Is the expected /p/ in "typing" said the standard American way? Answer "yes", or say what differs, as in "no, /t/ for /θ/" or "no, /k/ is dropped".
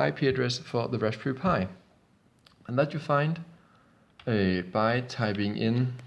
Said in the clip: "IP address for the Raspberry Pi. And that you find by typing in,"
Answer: no, /b/ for /p/